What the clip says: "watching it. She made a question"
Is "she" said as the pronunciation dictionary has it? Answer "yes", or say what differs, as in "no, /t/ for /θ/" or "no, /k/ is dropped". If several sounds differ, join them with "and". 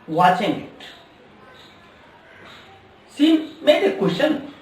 no, /s/ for /ʃ/